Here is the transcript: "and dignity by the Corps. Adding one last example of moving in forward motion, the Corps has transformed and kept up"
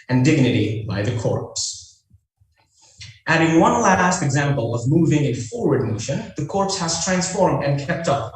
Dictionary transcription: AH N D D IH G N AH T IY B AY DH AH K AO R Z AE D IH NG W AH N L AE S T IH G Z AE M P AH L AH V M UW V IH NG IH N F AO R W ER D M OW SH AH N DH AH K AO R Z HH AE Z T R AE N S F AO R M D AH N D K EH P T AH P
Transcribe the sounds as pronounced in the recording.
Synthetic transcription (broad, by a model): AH N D D IH G N AH T IY B AY DH AH K AO R S AE D IH NG W AH N L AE S T IH G Z AE M P AH L AH V M UW V IH NG IH N F AO R W ER D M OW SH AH N DH AH K AO R S HH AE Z T R AE N S F AO R M D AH N K EH P T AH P